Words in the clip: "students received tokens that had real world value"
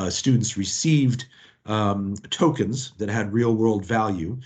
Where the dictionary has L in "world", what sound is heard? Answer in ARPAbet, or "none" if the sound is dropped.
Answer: L